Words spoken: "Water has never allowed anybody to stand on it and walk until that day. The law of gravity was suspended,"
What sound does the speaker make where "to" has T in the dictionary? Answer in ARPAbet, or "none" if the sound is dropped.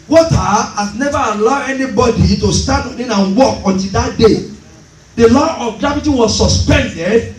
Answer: T